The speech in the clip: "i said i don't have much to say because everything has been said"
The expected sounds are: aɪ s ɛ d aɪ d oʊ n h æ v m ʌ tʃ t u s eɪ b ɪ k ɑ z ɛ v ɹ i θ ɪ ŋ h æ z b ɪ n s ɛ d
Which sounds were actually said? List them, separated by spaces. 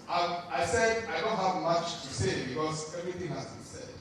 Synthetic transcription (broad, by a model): aɪ s ɛ d aɪ d oʊ n h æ v m ʌ tʃ t u s eɪ b ɪ k ɑ z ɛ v ɹ i t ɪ ŋ h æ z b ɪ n s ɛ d